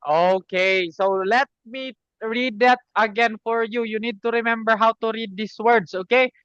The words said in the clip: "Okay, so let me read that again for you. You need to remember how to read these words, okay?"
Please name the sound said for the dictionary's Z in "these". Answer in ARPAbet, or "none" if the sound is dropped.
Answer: S